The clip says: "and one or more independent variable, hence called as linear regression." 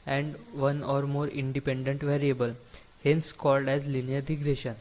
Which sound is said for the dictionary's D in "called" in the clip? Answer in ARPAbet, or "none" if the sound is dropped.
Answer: D